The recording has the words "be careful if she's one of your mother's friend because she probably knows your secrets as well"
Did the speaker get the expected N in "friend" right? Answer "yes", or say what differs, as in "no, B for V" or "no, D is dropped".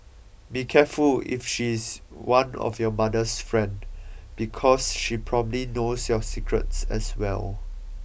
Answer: yes